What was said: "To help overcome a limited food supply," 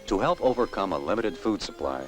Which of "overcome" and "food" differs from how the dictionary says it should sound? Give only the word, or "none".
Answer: none